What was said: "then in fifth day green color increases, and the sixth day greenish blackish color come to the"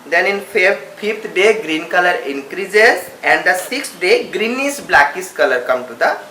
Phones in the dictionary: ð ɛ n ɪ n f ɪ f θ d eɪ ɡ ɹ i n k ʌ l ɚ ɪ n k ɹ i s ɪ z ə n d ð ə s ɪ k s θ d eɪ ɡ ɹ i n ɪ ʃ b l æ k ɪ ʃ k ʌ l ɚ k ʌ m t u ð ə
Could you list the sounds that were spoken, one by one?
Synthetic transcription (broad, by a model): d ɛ n ɪ n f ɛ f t d eɪ ɡ ɹ i n k ʌ l ɚ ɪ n k ɹ i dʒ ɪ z ə n d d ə s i k s d eɪ ɡ ɹ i n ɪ s b l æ k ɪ s k ʌ l ɚ k ʌ m t u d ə